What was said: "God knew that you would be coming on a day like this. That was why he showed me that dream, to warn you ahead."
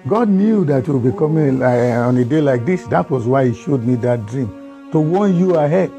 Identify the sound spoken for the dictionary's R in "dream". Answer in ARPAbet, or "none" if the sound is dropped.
R